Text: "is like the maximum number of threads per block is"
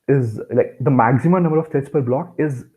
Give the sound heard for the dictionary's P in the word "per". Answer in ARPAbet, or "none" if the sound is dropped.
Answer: P